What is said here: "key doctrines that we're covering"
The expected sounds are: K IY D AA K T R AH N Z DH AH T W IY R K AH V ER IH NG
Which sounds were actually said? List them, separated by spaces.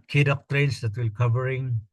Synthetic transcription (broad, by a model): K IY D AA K T R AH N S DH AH T W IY L K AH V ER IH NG